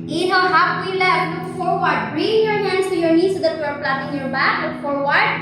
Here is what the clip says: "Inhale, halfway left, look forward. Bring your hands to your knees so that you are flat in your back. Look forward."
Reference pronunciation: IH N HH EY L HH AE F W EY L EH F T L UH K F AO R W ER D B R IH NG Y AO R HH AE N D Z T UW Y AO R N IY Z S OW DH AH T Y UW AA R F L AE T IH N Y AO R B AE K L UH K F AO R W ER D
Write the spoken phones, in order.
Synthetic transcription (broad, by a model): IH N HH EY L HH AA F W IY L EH T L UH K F AO R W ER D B R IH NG Y AO R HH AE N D S T UW Y AO R N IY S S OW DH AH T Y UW AA R P L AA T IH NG Y AO R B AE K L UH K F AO R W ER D